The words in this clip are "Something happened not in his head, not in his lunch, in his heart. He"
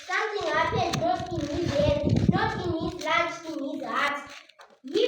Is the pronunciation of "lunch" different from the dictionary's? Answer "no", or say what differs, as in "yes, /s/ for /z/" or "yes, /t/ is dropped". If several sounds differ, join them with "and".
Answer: yes, /n/ is dropped